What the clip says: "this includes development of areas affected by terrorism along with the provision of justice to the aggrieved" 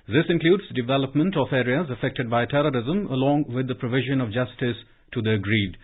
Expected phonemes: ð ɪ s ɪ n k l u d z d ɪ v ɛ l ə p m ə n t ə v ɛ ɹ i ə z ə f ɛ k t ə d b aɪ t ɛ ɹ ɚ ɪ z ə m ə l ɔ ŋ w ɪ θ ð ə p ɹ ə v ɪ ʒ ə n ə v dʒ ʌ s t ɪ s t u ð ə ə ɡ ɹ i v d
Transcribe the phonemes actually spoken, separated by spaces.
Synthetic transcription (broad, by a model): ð ɪ s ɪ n k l u d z d ɪ v ɛ l ə p m ə n t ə f ɛ ɹ i ə z ə f ɛ k t ə d b aɪ t ɛ ɹ ɚ ɪ z ə m ə l ɔ ŋ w ɪ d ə p ɹ ə v ɪ ʒ ə n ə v dʒ ʌ s t ɪ s t u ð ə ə ɡ ɹ i d